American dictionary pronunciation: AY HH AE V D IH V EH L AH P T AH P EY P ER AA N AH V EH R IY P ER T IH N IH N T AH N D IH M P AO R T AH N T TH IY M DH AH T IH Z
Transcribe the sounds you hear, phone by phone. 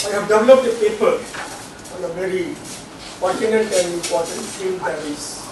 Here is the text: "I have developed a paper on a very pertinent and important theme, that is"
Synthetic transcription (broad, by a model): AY HH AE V D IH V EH L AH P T AH P EY P ER AA N AH V EH R IY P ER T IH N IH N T AH N D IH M P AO T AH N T S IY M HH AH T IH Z